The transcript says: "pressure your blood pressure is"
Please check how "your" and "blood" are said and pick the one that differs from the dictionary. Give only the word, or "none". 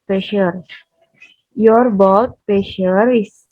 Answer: blood